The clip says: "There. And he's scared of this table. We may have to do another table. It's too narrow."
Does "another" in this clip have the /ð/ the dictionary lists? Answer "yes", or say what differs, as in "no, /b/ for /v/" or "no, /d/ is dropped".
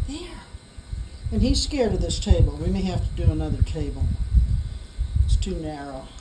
yes